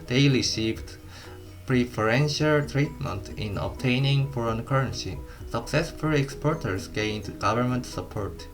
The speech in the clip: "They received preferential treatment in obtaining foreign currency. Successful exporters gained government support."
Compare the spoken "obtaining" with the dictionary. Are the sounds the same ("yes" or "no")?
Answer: yes